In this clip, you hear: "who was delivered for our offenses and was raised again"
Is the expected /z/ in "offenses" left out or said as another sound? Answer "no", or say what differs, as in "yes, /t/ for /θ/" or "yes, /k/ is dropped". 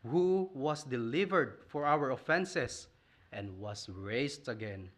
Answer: yes, /s/ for /z/